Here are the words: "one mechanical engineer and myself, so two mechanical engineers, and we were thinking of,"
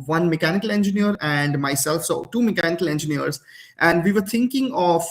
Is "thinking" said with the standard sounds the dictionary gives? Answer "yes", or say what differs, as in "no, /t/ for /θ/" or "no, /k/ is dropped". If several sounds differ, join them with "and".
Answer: no, /t/ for /θ/